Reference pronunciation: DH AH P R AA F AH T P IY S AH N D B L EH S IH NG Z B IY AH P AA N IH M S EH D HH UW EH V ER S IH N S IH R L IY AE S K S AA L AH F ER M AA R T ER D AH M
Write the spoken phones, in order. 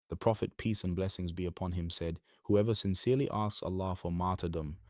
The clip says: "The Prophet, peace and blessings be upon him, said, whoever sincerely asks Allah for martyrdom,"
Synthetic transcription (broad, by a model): DH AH P R AA F AH T P IY S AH N B L EH S IH NG Z B IY AH P AA N IH M S EH D HH UW EH V ER S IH N S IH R L IY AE S K S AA L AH F ER M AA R T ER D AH M